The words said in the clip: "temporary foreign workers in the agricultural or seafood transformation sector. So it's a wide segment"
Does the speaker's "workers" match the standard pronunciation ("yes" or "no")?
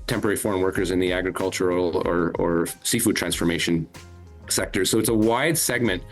yes